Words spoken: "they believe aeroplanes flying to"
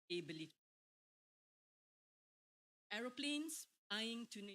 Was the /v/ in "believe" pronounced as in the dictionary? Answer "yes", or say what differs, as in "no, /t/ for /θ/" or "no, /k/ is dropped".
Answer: no, /v/ is dropped